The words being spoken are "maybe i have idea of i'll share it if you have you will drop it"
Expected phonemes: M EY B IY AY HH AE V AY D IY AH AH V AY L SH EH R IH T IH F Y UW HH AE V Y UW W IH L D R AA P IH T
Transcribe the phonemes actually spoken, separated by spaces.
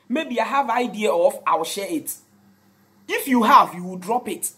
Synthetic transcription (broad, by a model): M EY B IY AY HH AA V AY D IY AH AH F AY W SH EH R IH T IH F Y UW HH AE V Y UW W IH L D R AA P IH T